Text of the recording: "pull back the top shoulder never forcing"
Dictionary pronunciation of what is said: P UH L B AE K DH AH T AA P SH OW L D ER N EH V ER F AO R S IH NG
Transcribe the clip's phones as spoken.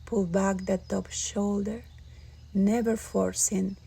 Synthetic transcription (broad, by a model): P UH L B AE K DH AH T AA P SH OW L D ER N EH V ER F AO R S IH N